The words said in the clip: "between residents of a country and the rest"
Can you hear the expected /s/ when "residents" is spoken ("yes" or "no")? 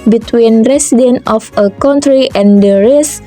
no